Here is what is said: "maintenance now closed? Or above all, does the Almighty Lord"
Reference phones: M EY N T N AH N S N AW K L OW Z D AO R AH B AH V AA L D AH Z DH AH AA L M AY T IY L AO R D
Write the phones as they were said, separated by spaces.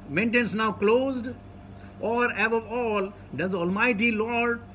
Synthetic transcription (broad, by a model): M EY N T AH N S N AW K L OW Z D AO R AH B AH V AA L D AH Z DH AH AA L M AY T IY L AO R D